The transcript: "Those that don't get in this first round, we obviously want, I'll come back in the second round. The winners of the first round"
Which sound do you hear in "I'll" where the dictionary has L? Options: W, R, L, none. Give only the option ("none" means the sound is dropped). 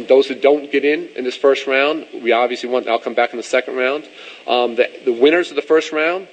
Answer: L